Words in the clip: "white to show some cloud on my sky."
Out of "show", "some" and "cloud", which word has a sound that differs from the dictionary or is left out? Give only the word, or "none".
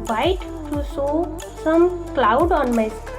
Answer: show